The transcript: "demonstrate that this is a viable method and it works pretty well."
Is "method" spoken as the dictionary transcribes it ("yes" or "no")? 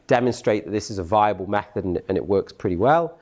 yes